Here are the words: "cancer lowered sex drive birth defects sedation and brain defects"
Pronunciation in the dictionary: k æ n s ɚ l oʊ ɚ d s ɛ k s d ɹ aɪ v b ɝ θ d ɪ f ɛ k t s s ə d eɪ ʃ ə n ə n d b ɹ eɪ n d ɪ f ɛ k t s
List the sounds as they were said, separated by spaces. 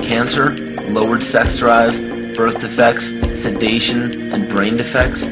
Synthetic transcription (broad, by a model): k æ n s ɚ l oʊ ɚ d s ɛ k s d ɹ aɪ v b ɝ θ d ɪ f ɛ k t s s ə d eɪ ʃ ə n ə n b ɹ eɪ n d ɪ f ɛ k t s